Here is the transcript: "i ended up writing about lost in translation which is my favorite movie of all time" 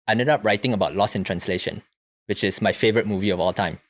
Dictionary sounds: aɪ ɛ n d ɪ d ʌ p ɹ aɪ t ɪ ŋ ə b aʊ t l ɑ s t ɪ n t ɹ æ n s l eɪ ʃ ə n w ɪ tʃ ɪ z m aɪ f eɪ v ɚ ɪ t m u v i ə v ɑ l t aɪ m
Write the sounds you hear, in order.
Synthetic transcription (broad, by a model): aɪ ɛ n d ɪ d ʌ p ɹ aɪ t ɪ ŋ ə b aʊ t l ɑ s ɪ n t ɹ æ n s l eɪ ʃ ə n w ɪ tʃ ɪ s m aɪ f eɪ v ɚ ɪ t m u v i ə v ɑ l t aɪ m